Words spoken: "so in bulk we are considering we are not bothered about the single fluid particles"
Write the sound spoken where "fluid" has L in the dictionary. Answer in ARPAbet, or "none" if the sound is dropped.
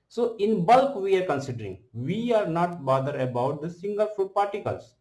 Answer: none